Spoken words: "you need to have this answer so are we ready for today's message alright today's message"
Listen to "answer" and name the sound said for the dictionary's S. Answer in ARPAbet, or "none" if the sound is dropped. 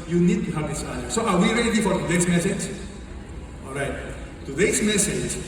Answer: none